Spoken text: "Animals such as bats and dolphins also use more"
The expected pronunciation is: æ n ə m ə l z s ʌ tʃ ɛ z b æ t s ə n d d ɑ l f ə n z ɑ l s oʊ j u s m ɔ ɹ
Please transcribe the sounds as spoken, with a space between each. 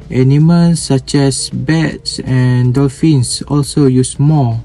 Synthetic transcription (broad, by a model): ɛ n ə m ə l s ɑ tʃ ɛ s b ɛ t s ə n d d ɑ l f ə n s ɑ l s oʊ j u s m ɔ